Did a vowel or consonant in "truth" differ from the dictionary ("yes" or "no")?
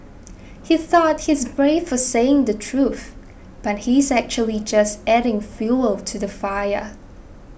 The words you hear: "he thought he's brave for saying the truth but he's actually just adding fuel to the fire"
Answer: no